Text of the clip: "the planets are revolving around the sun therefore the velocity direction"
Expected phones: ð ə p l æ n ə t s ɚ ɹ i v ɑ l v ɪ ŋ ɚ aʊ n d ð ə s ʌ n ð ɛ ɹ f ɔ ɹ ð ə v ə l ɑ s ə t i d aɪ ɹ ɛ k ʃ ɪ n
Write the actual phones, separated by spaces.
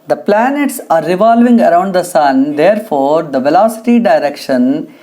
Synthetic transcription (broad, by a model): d ə p l æ n ə t s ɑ ɹ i v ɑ l v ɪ ŋ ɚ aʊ n d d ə s ʌ n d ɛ ɹ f ɔ ɹ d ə v ə l ɑ s ə t i d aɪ ɹ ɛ k ʃ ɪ n